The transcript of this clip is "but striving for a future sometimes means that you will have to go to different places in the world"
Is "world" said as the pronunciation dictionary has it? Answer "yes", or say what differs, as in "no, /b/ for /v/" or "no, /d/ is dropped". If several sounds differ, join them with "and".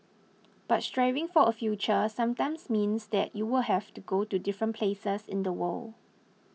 no, /d/ is dropped